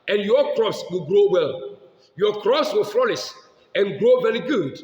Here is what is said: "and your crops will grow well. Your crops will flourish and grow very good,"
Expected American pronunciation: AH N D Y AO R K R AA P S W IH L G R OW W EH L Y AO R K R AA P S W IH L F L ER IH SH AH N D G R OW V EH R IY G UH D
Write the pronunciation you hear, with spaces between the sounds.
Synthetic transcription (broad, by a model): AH N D Y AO K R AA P S W IH L G R OW W EH L Y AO K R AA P S W IH L F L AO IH S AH N G R OW V EH R IY G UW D